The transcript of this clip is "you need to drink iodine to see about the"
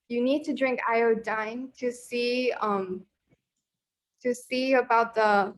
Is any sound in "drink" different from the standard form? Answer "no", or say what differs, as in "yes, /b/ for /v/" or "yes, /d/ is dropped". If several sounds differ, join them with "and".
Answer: no